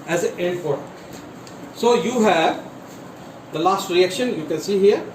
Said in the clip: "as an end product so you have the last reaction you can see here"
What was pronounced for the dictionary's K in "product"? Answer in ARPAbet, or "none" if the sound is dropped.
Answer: none